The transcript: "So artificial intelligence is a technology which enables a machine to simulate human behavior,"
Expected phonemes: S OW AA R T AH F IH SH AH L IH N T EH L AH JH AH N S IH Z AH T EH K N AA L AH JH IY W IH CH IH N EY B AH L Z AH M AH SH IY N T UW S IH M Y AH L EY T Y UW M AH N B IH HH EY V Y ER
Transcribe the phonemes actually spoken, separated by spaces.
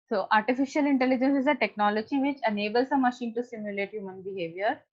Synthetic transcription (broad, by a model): S OW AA R T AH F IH SH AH L IH N T EH L AH JH AH N S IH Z AH T EH K N AA L AH JH IY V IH CH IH N EY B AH L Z AH M AH SH IY N T UW S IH M Y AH L EY T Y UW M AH N B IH HH EY V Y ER